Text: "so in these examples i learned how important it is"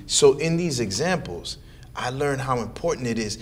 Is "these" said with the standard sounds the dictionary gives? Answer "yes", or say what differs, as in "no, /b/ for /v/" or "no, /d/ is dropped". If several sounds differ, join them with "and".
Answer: yes